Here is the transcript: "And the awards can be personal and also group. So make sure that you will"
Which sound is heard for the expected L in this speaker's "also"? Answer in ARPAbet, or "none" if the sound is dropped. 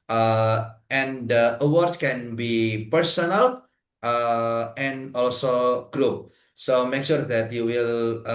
L